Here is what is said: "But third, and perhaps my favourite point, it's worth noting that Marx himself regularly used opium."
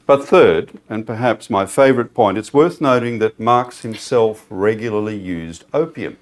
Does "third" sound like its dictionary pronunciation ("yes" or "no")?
yes